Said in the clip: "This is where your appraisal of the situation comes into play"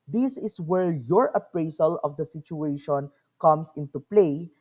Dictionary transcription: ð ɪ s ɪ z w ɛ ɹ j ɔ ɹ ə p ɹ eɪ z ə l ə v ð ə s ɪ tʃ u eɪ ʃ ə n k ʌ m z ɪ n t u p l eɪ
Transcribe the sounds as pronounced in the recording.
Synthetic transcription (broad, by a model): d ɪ s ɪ s w ɛ ɹ j ɔ ɹ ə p ɹ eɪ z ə l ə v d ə s ɪ tʃ u eɪ ʃ ə n k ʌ m s ɪ n t u p l eɪ